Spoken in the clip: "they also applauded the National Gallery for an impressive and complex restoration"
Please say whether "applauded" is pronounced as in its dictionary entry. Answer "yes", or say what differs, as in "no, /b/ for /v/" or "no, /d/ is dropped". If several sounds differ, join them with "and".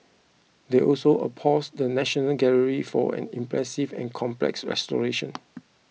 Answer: no, /l/ is dropped